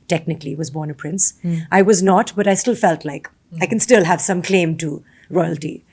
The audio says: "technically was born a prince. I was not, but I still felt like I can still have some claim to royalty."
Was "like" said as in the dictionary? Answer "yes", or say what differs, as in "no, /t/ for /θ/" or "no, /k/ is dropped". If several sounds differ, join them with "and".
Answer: yes